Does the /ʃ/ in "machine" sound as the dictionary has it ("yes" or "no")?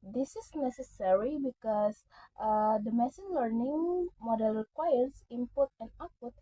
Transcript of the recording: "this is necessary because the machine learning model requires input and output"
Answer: no